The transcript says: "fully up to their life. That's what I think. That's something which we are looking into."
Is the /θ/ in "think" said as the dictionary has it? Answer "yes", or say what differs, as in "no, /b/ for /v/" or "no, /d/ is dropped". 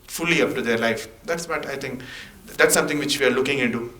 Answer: no, /t/ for /θ/